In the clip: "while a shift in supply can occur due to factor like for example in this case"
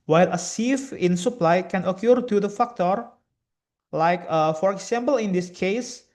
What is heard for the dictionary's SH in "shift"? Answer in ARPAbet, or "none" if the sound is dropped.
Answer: S